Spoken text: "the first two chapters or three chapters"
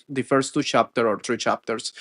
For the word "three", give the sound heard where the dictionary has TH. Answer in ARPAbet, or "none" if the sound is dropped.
T